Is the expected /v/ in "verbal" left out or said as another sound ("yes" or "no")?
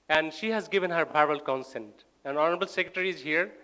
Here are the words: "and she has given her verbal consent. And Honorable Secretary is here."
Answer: yes